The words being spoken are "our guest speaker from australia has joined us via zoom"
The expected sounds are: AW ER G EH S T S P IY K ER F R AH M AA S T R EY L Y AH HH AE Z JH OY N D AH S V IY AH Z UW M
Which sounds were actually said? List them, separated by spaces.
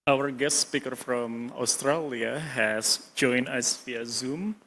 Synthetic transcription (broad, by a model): AW ER G EH S T S P IY K ER F R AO M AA S T R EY L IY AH HH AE S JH OY N AH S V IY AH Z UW M